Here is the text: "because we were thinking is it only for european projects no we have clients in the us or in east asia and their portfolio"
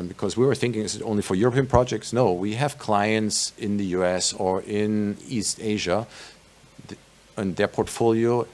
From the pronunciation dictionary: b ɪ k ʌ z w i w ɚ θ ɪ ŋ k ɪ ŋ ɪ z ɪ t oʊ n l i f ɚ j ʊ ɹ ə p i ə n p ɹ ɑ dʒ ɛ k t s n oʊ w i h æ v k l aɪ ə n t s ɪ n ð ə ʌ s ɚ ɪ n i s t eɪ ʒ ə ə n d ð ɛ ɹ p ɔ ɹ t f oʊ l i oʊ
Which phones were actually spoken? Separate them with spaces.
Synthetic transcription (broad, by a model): b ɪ k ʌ z w i w ɚ θ ɪ ŋ k ɪ ŋ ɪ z ɪ t oʊ n l i f ɚ j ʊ ɹ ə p i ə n p ɹ ɑ dʒ ɛ k t s n oʊ w i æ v k l aɪ ə n t s ɪ n ð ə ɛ s ɚ ɪ n i s t eɪ ʒ ə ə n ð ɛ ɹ p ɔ ɹ t f oʊ l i oʊ